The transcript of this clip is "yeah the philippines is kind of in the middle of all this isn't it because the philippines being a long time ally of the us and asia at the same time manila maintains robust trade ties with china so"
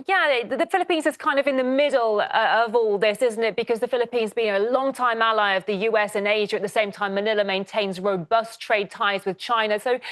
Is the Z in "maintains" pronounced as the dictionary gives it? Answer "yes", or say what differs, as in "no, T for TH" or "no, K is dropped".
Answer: yes